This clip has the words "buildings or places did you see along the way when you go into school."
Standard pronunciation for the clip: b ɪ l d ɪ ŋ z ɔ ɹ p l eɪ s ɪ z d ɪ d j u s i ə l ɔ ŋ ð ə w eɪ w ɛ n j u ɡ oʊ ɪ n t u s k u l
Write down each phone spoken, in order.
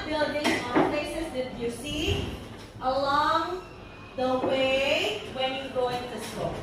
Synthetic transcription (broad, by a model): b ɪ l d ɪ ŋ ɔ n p l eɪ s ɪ s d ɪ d j u s i ə l ɔ ŋ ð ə w eɪ w ɛ n j u ɡ oʊ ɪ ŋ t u s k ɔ